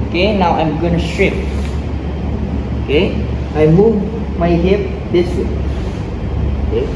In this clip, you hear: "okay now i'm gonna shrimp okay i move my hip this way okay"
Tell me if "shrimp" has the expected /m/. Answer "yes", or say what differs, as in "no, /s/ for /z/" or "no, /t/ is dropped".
no, /m/ is dropped